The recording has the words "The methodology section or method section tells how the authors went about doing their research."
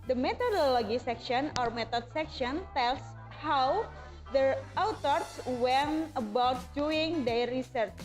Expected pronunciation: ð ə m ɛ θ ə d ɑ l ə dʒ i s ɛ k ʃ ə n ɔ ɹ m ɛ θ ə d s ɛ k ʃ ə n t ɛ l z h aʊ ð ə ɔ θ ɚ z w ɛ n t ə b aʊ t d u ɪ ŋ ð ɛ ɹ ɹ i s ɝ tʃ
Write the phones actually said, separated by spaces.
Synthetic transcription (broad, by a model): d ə m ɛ t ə d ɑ l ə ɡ i s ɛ k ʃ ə n ɔ ɹ m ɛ t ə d s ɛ k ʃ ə n t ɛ l s h aʊ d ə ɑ t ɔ s w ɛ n ə b aʊ t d u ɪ ŋ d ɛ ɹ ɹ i s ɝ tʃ